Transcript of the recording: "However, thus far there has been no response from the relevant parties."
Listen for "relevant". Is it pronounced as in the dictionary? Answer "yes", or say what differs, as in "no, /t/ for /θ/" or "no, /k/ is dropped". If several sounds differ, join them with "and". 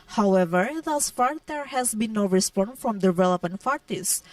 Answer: no, /p/ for /v/